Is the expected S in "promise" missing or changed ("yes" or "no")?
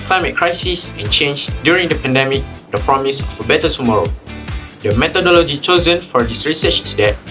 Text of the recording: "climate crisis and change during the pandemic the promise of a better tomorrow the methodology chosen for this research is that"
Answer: no